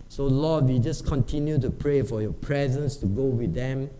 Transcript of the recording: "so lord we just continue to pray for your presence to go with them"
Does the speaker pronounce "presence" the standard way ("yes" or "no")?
yes